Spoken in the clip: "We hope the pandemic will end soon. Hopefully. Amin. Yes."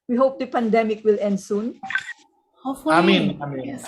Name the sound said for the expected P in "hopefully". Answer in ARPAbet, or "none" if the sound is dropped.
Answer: none